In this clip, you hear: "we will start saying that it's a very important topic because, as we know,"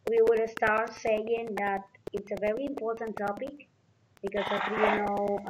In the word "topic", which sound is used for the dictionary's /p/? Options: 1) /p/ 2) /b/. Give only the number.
1